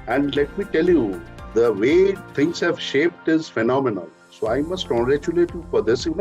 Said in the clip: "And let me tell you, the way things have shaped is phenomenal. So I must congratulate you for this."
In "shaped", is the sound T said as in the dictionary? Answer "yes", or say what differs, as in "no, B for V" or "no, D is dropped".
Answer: yes